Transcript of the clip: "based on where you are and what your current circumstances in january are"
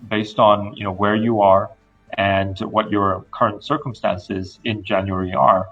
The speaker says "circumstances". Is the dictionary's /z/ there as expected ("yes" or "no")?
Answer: yes